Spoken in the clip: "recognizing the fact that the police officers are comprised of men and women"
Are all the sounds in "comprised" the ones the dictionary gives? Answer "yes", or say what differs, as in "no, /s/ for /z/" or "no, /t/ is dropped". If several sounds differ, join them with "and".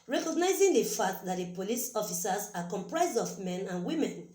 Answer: yes